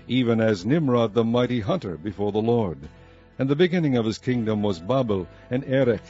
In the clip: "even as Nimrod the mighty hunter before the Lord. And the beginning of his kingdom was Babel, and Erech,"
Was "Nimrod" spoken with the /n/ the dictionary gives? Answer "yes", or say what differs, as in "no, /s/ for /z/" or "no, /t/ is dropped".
yes